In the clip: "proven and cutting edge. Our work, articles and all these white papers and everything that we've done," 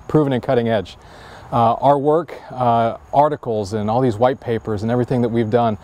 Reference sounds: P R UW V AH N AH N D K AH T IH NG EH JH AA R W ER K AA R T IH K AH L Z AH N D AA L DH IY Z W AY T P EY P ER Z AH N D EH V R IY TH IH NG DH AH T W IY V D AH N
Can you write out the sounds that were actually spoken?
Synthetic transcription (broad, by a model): P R UW V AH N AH N K AH T IH NG EH JH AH R W ER K AA R T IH K L Z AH N AA L DH IY Z W AY T P EY P ER Z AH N EH V R IY TH IH NG DH AH T W IY V D AH N